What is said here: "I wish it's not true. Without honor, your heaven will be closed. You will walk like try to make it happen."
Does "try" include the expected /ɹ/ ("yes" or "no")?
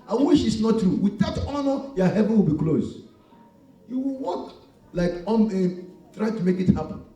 yes